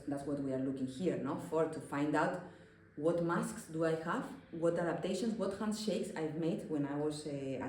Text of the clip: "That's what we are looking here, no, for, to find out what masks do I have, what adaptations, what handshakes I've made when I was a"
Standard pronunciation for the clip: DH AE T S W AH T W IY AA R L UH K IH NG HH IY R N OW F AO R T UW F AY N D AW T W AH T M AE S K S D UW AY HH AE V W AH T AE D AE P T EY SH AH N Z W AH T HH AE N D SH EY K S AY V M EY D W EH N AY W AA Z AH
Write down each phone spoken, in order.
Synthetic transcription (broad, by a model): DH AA T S W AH T W IY AA R L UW K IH NG HH IY R N OW F AO R T UW F AY N D AW T W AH T M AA S K S D UW AY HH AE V W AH T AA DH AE P T EY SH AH N S W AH T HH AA N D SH EY K S AY V M EY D W EH N AY W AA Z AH